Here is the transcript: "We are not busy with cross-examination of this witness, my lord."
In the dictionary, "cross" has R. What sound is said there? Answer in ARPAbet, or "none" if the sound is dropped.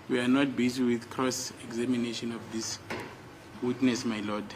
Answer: R